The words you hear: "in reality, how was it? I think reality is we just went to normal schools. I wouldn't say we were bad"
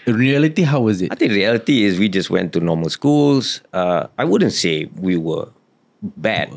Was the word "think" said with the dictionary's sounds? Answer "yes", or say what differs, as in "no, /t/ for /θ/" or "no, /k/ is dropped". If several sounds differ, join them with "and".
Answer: no, /t/ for /θ/